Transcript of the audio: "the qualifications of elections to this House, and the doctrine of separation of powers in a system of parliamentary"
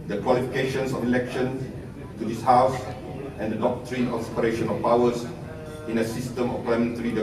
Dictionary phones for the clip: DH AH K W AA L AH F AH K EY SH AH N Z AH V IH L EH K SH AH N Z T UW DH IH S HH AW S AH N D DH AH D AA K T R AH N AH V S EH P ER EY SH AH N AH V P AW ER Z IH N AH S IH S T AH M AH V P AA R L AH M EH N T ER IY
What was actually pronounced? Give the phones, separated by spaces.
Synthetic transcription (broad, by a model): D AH K W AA L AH F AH K EY SH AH N S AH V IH L EH K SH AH N T UW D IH S HH AW S AH N D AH D AA K T R AH N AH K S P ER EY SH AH N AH F P AW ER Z IH N AH S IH S T AH M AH F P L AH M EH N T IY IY